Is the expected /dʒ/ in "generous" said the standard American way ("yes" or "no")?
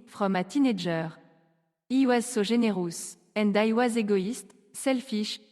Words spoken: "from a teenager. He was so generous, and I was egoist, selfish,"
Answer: no